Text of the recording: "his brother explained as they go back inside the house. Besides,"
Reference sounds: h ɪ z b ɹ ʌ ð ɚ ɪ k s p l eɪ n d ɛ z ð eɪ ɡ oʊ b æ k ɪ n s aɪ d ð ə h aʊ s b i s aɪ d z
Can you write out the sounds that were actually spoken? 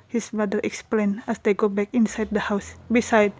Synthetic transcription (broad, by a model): h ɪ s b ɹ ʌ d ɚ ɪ k s p l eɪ n ɛ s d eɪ ɡ oʊ b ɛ k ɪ n s aɪ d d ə h aʊ s b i s aɪ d